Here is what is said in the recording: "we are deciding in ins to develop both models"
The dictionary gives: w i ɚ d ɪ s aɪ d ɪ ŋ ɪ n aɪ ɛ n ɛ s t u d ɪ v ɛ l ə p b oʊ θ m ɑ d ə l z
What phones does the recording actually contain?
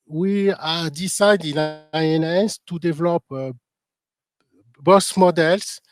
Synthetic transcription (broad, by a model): w i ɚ d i s aɪ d ɪ n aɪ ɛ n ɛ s t u d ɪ v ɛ l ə p b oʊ s m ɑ d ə l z